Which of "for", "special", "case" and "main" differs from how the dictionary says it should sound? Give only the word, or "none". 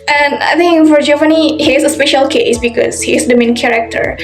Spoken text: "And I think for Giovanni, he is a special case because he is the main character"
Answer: none